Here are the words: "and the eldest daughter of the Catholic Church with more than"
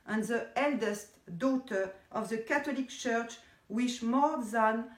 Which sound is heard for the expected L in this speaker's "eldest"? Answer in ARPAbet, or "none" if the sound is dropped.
L